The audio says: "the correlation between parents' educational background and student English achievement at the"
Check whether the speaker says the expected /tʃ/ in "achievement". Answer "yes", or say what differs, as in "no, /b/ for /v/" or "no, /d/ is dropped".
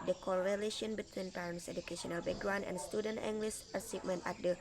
no, /s/ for /tʃ/